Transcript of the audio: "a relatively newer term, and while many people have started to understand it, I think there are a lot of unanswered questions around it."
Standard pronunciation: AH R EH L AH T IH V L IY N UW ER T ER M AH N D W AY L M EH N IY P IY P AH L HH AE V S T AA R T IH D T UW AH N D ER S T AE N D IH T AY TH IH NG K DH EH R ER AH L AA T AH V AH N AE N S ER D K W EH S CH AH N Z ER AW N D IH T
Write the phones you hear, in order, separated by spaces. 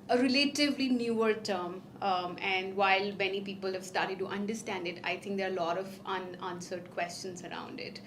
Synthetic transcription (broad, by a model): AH R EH L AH T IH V L IY N UW ER T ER M AH N D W AY L M EH N IY P IY P AH L HH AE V S T AA R T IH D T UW AH N D ER S T AE N D IH T AY T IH NG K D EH R AH L AA T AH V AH N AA N S ER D K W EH S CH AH N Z ER AW N D IH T